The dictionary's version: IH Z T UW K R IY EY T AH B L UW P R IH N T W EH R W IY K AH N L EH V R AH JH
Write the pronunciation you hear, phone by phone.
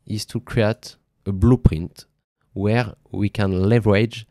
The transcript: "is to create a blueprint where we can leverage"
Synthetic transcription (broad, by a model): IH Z T UW K R IY EY T AH B L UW P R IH N T W EH R W IY K AH N L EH V R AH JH